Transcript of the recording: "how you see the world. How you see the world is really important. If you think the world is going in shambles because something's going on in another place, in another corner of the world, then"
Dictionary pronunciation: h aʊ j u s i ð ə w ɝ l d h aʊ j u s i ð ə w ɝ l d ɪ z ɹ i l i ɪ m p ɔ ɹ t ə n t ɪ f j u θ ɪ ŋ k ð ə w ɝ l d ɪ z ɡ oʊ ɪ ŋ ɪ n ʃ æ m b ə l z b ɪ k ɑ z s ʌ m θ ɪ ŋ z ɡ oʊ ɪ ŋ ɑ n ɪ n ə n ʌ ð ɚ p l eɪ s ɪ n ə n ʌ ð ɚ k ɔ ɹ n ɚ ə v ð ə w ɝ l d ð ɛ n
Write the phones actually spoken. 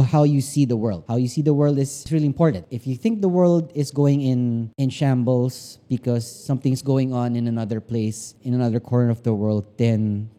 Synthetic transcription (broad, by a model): h aʊ j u s i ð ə w ɝ l d h aʊ j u s i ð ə w ɝ l d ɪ s ɹ i l i ɪ m p ɔ ɹ t ə n t ɪ f j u θ ɪ ŋ k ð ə w ɝ l d ɪ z ɡ oʊ ɪ ŋ ɪ n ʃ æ m b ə l s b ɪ k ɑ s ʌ m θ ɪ ŋ s ɡ oʊ ɪ ŋ ɑ n ɪ n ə n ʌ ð ɚ p l eɪ s ɪ n ə n ʌ ð ɚ k ɔ ɹ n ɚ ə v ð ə w ɝ l d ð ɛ n